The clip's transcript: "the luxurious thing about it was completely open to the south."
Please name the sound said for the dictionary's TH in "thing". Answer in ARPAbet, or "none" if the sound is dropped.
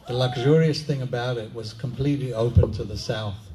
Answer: TH